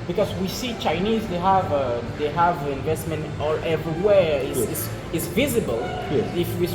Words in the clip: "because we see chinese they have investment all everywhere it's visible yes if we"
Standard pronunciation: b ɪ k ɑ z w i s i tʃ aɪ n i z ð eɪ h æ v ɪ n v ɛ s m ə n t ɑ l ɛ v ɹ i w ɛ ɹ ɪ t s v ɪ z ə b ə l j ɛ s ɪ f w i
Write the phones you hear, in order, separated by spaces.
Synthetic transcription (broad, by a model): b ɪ k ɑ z w i s i tʃ aɪ n i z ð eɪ h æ v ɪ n v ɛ s m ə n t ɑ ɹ ɛ v ɹ i w ɛ ɹ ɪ s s v ɪ z ə b ə l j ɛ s ɪ f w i